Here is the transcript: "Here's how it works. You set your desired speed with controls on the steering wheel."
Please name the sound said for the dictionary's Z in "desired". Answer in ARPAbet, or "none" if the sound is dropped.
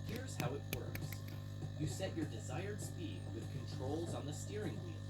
Z